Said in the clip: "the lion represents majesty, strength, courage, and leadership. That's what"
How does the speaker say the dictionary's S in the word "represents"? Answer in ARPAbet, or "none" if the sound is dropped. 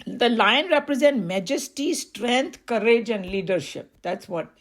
none